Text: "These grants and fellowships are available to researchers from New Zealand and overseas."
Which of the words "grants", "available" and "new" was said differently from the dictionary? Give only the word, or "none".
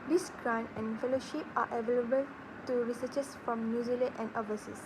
grants